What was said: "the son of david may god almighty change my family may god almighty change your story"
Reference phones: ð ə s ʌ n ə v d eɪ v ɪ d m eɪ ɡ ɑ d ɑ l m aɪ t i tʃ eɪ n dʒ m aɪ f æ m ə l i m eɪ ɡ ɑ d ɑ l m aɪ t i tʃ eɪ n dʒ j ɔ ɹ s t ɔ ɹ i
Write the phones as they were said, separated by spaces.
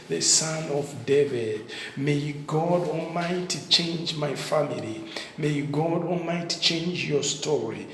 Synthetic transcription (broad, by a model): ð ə s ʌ n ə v d eɪ v ɪ d m eɪ ɡ ɑ d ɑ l m aɪ t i tʃ eɪ n dʒ m aɪ f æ m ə l i m eɪ ɡ ɑ d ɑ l m aɪ t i tʃ eɪ n dʒ j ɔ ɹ s t ɔ ɹ i